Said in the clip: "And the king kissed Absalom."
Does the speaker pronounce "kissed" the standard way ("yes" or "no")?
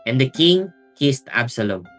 yes